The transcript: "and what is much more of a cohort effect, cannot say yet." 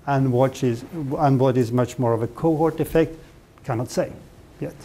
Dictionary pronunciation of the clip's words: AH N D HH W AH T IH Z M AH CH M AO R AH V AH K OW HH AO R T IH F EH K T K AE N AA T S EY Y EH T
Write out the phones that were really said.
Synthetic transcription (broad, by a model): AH N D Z W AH T IH Z M AH CH M AO R AH V AH K OW HH AO R T IH F EH K T K AE N AA T S EY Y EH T